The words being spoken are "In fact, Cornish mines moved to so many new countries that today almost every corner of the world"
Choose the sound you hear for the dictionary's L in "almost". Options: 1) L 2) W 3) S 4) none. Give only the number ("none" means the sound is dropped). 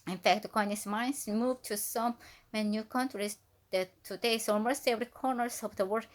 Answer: 4